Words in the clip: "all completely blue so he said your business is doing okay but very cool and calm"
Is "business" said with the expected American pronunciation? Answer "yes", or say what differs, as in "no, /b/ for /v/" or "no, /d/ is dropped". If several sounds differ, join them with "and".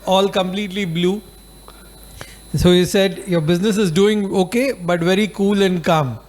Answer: yes